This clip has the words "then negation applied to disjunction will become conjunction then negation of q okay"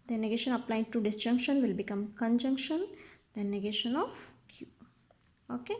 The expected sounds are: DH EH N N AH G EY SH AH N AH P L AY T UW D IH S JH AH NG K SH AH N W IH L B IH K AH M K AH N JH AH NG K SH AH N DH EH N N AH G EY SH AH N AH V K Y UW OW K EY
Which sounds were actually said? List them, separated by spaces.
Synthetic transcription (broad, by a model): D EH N N AH G EY SH AH N AH P L AY T UW D IH S JH AH NG K SH AH N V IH L B IH K AH M K AH N JH AH NG K SH AH N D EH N N AH G EY SH AH N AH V K Y UW OW K EY